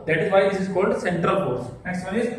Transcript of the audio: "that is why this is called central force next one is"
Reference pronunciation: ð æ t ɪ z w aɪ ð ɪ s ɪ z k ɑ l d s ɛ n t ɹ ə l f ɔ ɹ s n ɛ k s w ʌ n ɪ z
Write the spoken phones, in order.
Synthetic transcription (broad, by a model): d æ t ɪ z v aɪ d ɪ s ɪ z k ɑ l d s ɛ n t ɹ ə l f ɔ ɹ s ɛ s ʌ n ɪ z